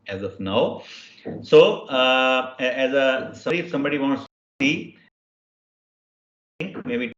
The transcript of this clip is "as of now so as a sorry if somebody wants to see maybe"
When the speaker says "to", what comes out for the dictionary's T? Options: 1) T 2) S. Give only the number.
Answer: 2